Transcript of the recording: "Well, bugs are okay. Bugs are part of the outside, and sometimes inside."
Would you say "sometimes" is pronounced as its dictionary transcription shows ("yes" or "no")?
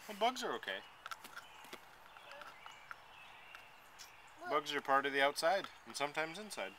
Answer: yes